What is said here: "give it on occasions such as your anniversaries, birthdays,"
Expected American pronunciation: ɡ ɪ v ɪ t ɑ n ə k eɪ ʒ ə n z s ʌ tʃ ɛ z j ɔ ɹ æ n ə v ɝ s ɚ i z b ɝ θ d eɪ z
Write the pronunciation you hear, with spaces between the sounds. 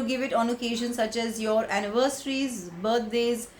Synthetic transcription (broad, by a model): ɡ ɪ v ɪ t ɑ n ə k eɪ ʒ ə n s ʌ tʃ ɛ z j ɔ ɹ æ n ə v ɝ s ɚ i z b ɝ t d eɪ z